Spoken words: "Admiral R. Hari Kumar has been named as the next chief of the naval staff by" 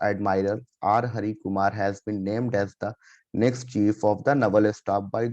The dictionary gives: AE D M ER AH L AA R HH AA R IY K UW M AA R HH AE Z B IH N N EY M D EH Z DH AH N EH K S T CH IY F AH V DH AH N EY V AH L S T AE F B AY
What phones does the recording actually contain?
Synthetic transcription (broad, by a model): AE D M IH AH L AA R HH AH R IY K UW M AA R HH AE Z B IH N N EY M D EH Z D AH N EH K S T CH IY F AH V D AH N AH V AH L S T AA P B AY